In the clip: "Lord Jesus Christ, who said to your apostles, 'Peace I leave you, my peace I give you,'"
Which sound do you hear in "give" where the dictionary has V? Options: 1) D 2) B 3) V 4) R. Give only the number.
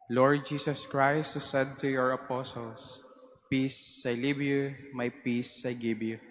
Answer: 2